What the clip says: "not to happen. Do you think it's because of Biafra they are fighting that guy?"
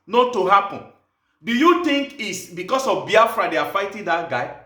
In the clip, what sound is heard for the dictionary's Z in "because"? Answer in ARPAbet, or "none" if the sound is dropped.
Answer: S